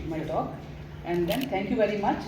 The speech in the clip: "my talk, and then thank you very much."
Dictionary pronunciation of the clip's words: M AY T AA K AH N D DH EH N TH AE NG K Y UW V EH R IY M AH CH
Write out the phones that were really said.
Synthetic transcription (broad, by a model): M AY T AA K AH N D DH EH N T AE NG K Y UW V EH R IY M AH CH